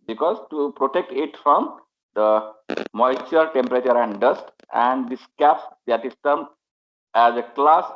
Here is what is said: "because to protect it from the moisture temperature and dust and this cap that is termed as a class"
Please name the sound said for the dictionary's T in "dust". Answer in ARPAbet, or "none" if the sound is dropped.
T